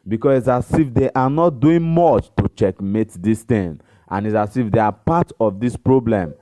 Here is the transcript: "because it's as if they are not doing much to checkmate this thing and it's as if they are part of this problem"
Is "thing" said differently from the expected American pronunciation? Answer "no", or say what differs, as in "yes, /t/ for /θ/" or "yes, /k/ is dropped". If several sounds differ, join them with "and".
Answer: yes, /t/ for /θ/